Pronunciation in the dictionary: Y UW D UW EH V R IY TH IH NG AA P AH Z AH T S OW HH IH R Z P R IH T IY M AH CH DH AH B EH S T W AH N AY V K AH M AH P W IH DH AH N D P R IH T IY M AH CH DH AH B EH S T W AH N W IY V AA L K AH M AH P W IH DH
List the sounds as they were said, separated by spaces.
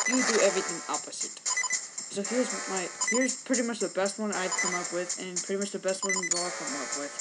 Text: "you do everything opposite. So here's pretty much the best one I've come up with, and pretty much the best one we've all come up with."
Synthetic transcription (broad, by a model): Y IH D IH EH V R IY TH IH NG AA P AH Z AH T S OW HH IH R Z P R IH T IY M AH CH DH AH B EH S T W AH N AY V K AH M AH P W IH DH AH N P R IH T IY M AH CH DH AH B EH S T W AH N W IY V AA L K AH M AH P W IH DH